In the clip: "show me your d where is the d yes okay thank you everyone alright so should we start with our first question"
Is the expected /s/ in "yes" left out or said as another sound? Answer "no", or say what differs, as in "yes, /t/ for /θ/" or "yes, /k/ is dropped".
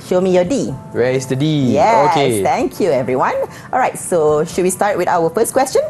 yes, /s/ is dropped